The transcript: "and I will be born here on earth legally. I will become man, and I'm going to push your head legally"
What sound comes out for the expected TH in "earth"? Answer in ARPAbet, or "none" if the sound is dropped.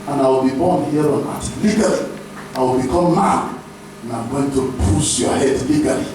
T